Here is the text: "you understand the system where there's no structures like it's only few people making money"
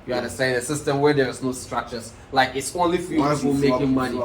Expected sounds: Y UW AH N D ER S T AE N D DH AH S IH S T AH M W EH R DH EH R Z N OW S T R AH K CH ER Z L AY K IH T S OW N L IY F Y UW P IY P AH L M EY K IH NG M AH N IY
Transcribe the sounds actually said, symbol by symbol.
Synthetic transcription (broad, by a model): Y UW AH D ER S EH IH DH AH S IH S T AH M W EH R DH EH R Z N OW S T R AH K CH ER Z L AY K IH T S OW N L IY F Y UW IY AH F M EY K IH NG M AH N IY